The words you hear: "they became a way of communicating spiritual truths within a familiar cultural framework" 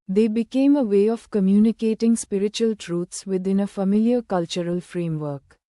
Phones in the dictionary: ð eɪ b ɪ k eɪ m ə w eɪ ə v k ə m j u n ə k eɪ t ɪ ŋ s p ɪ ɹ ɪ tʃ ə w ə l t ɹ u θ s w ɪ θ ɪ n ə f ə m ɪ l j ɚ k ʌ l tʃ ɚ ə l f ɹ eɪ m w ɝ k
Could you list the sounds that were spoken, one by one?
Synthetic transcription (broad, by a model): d eɪ b ɪ k eɪ m ə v eɪ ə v k ə m j u n ə k eɪ t ɪ ŋ s p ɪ ɹ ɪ tʃ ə ə l t ɹ u t s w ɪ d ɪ n ə f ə m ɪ l j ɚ k ʌ l tʃ ɚ ə l f ɹ eɪ m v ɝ k